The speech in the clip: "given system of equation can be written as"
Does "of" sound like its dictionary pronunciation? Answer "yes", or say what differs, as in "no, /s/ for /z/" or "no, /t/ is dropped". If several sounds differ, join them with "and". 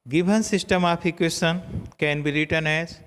no, /p/ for /v/